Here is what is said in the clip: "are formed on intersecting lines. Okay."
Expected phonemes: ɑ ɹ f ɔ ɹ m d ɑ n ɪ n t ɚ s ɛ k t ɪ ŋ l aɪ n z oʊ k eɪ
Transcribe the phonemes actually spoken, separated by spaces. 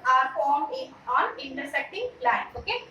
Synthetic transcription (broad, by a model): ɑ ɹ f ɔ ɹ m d ɑ n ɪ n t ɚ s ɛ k t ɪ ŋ l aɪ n oʊ k eɪ